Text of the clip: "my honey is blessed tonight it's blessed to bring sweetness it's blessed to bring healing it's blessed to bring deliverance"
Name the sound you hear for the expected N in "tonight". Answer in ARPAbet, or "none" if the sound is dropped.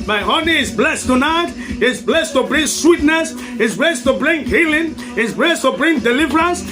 N